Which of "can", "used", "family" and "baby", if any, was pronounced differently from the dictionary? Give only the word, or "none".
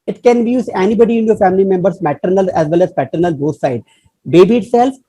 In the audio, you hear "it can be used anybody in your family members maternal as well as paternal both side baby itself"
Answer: used